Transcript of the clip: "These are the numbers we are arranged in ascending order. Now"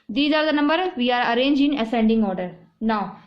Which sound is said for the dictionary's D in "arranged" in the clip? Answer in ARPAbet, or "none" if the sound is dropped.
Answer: none